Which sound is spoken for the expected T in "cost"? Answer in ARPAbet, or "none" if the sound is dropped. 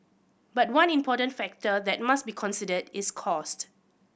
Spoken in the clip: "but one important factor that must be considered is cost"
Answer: T